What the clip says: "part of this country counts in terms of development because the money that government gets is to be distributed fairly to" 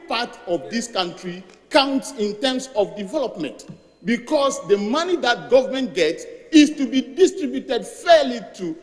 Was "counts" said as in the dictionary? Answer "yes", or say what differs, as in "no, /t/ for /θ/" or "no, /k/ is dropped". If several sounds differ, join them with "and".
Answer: yes